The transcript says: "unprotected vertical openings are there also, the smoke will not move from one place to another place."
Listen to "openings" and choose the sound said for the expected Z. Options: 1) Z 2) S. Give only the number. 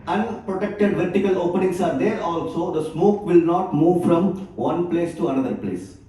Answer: 2